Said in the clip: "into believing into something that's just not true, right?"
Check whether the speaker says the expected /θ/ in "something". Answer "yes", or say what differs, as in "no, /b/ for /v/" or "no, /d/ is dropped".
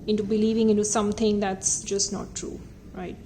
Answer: no, /t/ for /θ/